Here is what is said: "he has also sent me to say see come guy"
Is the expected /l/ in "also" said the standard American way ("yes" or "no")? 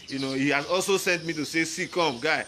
yes